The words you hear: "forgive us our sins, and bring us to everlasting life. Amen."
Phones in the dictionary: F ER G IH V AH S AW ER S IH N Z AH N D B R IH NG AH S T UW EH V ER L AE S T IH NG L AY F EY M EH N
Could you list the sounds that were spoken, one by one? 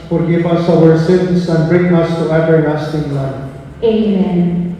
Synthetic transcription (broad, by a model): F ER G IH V AH S AW ER S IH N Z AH N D B R IH NG AH S T UW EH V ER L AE S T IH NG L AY EY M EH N